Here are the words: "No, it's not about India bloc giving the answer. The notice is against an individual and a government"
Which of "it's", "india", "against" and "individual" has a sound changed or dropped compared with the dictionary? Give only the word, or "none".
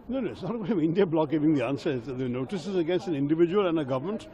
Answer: none